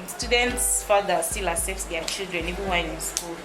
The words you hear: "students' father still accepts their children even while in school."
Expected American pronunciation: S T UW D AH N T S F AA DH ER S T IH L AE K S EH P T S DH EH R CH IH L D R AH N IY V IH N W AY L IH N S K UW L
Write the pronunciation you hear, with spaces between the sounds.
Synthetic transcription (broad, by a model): S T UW D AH N T S F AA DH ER S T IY L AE S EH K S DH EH CH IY L D R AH N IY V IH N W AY N IH N S K UW L